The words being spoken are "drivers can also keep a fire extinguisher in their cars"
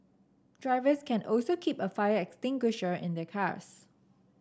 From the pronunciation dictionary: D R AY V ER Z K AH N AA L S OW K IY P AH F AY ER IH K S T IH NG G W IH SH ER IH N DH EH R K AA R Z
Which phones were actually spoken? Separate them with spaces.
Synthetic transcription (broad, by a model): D R AY V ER S K AH N AA L S OW K IY P AH F AY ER IH K S T IH NG G W IH SH ER IH N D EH K AA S